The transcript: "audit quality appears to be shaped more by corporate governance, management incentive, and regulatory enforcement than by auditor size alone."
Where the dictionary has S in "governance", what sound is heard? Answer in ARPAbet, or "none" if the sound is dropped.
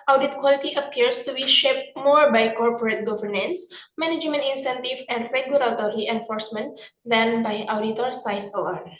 S